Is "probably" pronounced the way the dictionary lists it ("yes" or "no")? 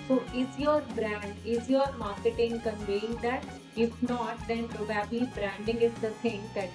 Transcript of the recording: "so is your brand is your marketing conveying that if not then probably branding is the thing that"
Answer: no